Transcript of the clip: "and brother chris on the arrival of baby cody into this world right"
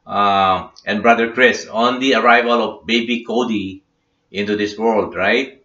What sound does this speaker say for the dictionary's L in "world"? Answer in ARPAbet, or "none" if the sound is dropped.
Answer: L